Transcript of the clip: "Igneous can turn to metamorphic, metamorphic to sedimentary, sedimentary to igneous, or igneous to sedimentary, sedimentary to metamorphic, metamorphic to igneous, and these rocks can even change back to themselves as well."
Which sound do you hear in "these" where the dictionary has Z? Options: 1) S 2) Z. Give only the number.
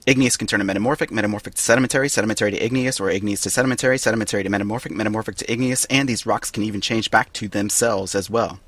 2